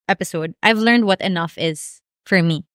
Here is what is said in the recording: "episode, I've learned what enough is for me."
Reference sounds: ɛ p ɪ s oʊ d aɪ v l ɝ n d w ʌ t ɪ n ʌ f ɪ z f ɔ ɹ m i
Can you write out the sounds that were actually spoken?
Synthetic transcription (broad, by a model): ɛ p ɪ s oʊ d aɪ v l ɝ n d w ʌ t ɪ n ʌ f ɪ z f ɔ ɹ m i